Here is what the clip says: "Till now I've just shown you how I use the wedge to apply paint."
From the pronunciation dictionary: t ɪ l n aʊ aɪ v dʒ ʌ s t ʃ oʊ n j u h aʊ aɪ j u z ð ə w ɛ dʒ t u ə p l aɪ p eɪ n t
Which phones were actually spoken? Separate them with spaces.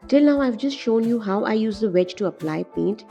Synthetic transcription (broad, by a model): t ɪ l n aʊ aɪ v dʒ ʌ s t ʃ oʊ n j u h aʊ aɪ j u z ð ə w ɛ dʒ t u ə p l aɪ p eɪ n t